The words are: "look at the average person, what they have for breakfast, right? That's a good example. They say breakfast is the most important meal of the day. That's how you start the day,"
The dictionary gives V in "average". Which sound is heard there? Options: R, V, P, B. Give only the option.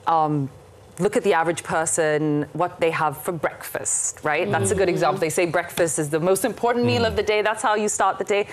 V